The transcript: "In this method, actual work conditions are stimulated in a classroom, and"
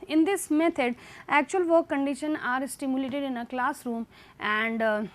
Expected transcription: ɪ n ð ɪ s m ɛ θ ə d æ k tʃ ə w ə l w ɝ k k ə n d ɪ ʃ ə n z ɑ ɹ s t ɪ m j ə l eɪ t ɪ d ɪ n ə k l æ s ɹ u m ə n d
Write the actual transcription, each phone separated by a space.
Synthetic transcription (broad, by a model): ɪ n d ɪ s m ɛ t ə d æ k tʃ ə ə l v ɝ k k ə n d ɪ ʃ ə n ɑ ɹ s t ɪ m j ə l eɪ t ɪ d ɪ n ə k l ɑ s ɹ u m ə n d